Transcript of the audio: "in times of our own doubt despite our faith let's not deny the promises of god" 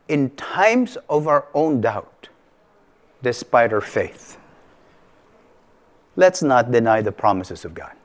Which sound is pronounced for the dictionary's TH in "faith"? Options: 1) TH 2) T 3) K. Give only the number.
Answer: 1